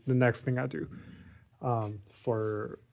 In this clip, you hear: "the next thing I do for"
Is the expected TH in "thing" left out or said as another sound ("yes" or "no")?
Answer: no